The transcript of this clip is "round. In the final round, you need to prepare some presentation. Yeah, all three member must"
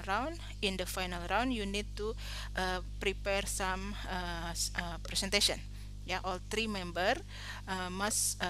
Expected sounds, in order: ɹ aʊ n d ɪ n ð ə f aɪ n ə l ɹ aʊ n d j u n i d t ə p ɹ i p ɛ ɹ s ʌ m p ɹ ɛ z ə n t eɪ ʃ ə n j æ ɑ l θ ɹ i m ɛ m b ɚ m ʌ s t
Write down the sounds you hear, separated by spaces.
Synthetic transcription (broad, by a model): ɹ aʊ n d ɪ n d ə f aɪ n ə l ɹ aʊ n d j u n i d t ə p ɹ i p ɛ ɹ s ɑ m p ɹ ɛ s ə n t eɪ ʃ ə n j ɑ ɑ l t ɹ i m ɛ m b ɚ m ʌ s